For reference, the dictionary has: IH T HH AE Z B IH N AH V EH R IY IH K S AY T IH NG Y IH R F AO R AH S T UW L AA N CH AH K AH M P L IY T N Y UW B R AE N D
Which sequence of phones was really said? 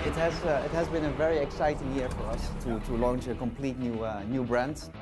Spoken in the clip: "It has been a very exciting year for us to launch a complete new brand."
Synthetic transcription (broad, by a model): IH T HH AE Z B IH N AH V EH R IY IH K S AY T IH NG Y IH R F AO R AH S T UW L AA N CH AH K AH M P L IY T N Y UW B R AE N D